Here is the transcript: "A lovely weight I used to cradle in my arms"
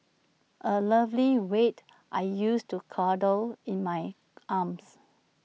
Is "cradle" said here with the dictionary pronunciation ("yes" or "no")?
no